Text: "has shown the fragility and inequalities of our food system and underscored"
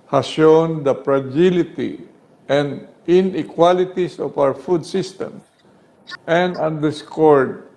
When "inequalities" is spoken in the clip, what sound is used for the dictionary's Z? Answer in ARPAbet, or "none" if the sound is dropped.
S